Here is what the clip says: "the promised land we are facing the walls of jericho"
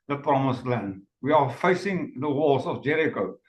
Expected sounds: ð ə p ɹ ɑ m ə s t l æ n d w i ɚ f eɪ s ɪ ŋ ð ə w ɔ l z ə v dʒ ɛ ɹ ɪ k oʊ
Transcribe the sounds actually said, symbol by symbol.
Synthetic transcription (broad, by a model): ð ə p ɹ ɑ m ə s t l æ n d w i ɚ f eɪ s ɪ ŋ ð ə w ɔ z ə v dʒ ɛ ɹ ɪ k oʊ